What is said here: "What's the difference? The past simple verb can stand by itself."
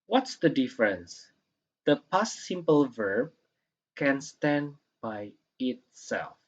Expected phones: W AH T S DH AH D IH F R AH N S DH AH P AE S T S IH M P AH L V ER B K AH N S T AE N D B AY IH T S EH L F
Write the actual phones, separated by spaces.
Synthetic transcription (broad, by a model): W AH T S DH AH D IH F R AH N S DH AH P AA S S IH M P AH L V ER B K AH N S T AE N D B AY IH T S EH L F